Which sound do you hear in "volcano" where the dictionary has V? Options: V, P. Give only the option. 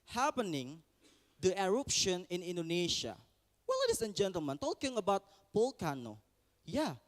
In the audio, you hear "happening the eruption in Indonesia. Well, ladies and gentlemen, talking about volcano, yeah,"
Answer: P